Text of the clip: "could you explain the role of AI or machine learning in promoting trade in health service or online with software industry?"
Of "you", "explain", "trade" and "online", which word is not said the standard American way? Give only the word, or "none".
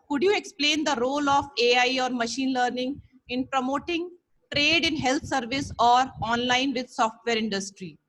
none